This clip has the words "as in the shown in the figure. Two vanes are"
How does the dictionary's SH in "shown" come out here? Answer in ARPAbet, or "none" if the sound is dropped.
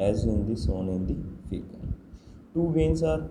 S